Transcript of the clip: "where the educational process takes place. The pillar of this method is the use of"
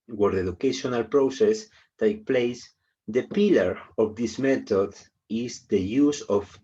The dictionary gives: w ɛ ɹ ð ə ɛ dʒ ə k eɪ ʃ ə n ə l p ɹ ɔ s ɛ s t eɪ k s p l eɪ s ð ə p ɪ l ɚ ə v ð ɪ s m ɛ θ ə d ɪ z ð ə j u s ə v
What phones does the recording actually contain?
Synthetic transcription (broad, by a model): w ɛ ɹ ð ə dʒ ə k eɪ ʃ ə n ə l p ɹ ɔ s ɛ s t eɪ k p l eɪ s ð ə p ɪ l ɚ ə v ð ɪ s m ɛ t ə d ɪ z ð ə j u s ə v